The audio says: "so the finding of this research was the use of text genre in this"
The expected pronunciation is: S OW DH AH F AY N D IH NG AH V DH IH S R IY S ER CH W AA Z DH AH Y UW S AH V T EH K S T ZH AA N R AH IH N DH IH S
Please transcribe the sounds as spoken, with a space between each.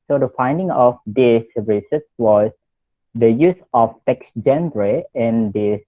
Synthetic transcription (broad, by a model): S OW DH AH F AY N D IH NG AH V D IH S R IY S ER S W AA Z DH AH Y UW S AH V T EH K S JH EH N R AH IH N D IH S